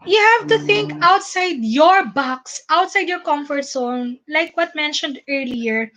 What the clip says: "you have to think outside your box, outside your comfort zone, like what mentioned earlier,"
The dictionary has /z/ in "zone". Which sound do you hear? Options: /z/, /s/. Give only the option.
/s/